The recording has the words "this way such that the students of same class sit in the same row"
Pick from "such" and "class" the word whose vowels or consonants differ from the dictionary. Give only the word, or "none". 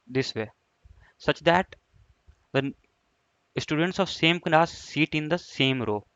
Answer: class